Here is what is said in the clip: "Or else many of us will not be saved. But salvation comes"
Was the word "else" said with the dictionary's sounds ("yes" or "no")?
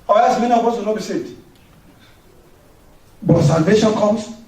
no